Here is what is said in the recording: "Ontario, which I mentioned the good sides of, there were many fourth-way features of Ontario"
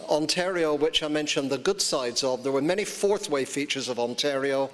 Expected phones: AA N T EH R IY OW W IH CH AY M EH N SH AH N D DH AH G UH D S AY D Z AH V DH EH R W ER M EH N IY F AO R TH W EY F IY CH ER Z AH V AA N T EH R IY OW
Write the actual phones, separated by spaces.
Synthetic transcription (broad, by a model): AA N T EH R IY OW W IH CH AY M EH N SH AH N DH AH G UH D S AY D Z AH V DH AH R W ER M EH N IY F AO R TH W EY F IY CH ER Z AH V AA N T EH R IY OW